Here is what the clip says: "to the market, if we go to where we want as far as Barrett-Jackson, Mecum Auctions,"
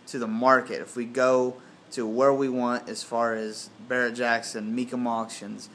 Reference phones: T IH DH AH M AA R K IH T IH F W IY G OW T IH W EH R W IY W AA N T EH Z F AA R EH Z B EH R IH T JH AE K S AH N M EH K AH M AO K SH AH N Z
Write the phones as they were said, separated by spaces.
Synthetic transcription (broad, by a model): T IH DH AH M AA R K IH T IH F W IY G OW T IH W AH R W IY W AA N T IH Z F AA R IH Z B EH R IH T JH AE K S AH N M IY K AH M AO K SH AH N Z